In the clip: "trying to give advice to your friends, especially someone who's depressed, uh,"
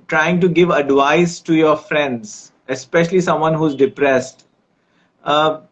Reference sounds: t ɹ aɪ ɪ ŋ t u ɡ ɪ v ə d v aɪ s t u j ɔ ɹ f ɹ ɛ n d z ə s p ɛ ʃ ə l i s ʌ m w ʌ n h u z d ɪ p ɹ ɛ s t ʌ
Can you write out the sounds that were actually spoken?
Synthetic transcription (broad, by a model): t ɹ aɪ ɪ ŋ t u ɡ ɪ v ə d v aɪ s t u j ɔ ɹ f ɹ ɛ n d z ə s p ɛ ʃ ə l i s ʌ m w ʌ n h u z d ɪ p ɹ ɛ s t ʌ